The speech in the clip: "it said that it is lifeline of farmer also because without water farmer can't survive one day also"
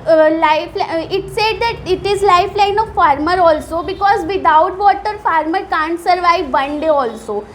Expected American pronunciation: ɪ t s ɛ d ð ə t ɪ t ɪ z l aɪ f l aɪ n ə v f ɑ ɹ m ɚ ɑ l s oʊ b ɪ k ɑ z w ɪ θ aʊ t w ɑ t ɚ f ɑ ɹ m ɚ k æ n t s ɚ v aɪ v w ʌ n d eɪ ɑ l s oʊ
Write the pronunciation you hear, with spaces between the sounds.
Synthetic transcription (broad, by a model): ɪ t s ɛ d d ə t ɪ t ɪ z l aɪ f l aɪ n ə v f ɑ ɹ m ɚ ɑ l s oʊ b ɪ k ɑ z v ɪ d aʊ t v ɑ t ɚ f ɑ ɹ m ɚ k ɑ n t s ɚ v aɪ v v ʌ n d eɪ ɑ l s oʊ